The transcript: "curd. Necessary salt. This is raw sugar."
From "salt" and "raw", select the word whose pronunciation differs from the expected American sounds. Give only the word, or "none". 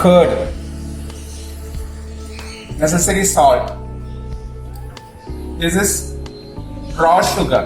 salt